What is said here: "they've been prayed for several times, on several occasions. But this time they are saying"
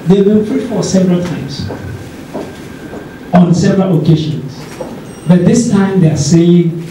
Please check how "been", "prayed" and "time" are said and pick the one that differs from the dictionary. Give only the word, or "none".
prayed